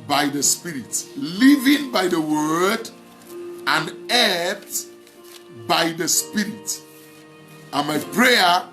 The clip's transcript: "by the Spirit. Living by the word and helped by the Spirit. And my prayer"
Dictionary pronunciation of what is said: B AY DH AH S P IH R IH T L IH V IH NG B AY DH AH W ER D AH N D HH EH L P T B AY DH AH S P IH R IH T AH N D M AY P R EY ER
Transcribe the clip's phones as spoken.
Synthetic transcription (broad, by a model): B AY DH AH S P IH R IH T L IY V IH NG B AY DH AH W ER D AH N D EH P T B AY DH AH S P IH R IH T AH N M AY P R EY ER